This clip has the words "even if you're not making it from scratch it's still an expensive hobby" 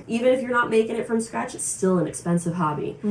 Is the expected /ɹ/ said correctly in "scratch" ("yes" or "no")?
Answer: yes